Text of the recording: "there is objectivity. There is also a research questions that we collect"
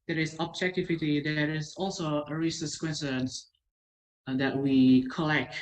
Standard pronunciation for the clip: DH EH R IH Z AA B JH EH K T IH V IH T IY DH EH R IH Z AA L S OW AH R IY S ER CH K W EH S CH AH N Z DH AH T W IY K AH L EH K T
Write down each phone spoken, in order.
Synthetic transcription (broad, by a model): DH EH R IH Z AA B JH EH K T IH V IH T IY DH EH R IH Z AA L S OW AH R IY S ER S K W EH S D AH N S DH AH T W IY K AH L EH K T